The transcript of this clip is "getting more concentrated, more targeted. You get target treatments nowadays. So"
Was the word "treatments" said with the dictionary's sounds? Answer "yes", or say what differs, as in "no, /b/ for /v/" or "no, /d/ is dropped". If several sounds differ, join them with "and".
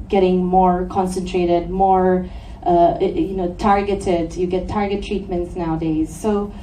yes